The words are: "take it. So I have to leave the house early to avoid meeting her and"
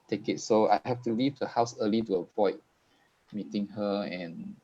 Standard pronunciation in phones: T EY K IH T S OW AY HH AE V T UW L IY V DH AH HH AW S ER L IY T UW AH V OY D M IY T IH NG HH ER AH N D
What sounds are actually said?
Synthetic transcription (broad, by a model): T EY K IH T S OW AY HH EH F T UW L IY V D AH HH AW S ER L IY T UW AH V OY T M IY T IH NG HH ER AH N